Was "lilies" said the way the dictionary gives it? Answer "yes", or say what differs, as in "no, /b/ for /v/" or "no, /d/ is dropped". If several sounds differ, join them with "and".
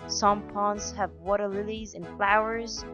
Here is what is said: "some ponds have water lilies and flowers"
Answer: yes